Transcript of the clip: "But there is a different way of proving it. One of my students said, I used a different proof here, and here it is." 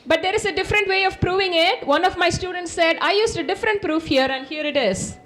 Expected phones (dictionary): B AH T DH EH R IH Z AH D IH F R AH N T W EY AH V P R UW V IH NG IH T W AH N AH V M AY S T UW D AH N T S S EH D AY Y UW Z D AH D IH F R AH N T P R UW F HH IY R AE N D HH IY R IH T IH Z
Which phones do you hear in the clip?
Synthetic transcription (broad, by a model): B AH T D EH R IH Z AH D IH F R AH N T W EY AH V P R UW V IH NG IH T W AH N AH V M AY S T UW D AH N T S S EH D AY Y UW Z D AH D IH F R AH N T P R UW F HH IY R AE N D HH IY R IH T IH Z